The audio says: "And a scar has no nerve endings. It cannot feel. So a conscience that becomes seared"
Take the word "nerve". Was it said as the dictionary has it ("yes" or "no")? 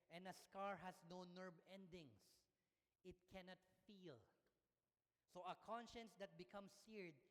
no